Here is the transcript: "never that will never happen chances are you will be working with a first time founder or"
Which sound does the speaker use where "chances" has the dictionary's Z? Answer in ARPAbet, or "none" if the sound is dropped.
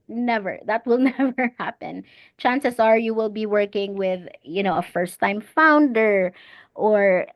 S